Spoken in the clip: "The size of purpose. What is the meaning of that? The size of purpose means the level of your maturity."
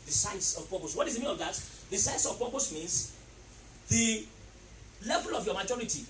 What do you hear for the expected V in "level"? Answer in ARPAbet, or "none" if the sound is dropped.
V